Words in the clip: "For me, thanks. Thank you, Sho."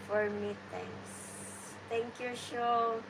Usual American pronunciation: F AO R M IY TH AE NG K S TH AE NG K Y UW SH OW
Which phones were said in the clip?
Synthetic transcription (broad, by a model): F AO R M IY T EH NG K S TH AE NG K Y UW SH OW